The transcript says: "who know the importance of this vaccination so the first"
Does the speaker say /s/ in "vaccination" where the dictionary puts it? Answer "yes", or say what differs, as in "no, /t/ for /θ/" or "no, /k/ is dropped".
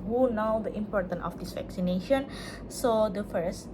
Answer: yes